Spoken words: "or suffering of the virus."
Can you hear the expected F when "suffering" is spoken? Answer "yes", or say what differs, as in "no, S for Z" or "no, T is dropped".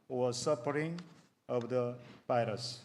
no, P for F